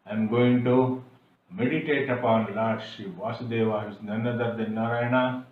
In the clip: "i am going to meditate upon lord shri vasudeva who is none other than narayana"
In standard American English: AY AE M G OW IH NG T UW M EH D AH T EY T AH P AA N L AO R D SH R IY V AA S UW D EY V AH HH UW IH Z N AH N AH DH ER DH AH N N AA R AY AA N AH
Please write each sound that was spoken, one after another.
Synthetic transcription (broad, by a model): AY M G OW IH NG T UW M EH D AH T EY T AH P AA N L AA R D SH IY V AA S UW D EY V AH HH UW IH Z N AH N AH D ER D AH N N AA R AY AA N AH